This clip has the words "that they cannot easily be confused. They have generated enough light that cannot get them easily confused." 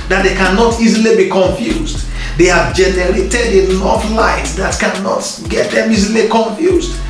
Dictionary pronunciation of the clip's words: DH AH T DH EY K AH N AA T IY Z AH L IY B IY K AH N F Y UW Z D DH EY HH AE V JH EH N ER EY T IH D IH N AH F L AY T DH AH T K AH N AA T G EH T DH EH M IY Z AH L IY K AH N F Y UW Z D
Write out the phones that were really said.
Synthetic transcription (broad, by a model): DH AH T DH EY K AH N AA T IY Z AH L IY B IY K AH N F Y UW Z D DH EY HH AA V JH EH N ER EY T IH D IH L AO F L AY T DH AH T K AH N AA T G EH T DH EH M IY Z AH L IY K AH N F Y UW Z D